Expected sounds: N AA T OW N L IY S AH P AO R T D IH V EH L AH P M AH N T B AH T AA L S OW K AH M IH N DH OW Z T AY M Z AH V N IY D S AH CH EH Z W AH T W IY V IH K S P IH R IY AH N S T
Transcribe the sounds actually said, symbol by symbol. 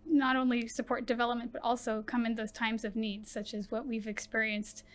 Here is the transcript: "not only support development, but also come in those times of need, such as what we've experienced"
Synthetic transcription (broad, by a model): N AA T OW N L IY S AH P AO R T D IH V EH L AH P M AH N B AH T AA L S OW K AH M IH N DH OW Z T AY M Z AH V N IY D S AH CH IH Z W AH T W IY V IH K S P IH R IY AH N S T